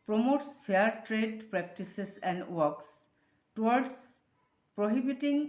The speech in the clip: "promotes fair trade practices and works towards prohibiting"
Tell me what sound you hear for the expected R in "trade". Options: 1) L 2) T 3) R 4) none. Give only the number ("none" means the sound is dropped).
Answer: 3